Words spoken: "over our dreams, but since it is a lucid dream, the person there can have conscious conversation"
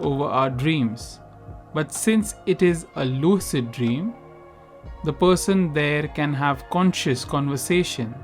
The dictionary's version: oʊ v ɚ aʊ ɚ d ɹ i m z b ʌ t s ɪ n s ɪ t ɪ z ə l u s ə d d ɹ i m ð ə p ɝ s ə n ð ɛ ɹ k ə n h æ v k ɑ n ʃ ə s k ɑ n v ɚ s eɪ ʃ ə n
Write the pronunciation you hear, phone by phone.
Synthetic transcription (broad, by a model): oʊ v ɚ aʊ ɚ d ɹ i m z b ʌ t s ɪ n s ɪ t ɪ z ə l u s ə d d ɹ i m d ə p ɝ s ə n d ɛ ɹ k ə n h æ v k ɑ n ʃ ə s k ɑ n v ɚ s eɪ ʃ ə n